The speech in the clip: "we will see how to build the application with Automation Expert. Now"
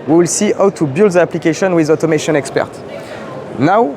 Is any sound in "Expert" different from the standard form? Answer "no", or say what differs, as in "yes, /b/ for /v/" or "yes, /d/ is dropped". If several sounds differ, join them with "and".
no